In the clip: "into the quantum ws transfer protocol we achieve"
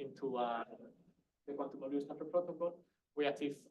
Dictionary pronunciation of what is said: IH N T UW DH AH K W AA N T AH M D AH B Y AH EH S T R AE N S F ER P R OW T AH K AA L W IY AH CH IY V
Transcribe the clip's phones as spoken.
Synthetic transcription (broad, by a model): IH N T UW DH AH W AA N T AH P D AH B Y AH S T AE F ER P R OW T AH K AA L W IY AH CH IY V